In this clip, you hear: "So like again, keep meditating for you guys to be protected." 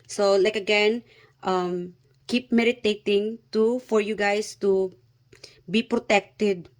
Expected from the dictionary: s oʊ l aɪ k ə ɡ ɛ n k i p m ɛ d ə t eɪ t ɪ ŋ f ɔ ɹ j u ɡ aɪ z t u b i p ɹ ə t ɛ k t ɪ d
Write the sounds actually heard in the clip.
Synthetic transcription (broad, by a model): s oʊ l aɪ k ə ɡ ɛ n k i p m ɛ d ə t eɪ t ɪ ŋ f ɔ ɹ j u ɡ aɪ s t u b i p ɹ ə t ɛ k t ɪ d